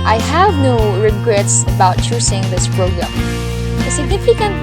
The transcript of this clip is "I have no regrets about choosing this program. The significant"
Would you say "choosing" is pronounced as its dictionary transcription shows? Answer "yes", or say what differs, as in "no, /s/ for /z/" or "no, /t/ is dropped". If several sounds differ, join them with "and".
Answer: no, /s/ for /z/